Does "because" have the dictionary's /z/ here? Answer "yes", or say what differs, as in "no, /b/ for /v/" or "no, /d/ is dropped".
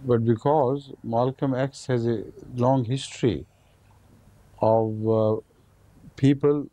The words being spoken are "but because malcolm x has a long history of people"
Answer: yes